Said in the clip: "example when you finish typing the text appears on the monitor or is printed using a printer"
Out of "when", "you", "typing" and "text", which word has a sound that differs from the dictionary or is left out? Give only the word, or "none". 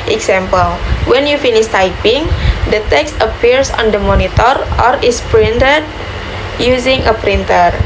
none